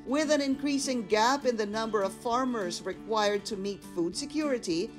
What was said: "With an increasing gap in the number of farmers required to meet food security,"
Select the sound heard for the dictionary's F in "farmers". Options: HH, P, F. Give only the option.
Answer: F